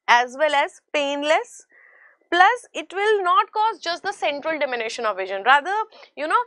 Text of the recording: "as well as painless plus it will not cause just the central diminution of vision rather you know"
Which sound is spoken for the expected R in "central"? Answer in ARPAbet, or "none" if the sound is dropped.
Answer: R